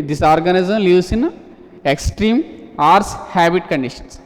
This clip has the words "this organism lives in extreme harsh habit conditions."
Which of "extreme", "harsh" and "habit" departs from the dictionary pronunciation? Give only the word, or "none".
harsh